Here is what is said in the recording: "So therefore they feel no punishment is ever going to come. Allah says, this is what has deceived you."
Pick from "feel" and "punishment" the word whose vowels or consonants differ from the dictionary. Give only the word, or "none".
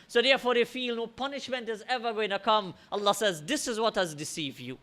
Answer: none